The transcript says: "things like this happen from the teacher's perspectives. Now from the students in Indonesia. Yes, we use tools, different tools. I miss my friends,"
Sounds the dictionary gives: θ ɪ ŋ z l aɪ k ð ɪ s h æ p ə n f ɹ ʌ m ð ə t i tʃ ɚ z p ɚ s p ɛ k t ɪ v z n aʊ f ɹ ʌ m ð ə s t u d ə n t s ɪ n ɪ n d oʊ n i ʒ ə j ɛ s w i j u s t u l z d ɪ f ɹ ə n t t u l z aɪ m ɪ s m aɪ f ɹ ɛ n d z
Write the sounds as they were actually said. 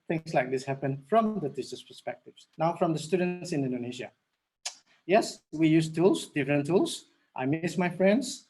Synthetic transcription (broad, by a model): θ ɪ ŋ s l aɪ k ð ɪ s h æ p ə n f ɹ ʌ m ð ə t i s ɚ s p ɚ s p ɛ k t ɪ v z n aʊ f ɹ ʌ m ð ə s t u d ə n t s ɪ n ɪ n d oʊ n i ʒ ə j ɛ s w i j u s t u l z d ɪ f ɹ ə n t t u l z aɪ m ɪ s m aɪ f ɹ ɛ n d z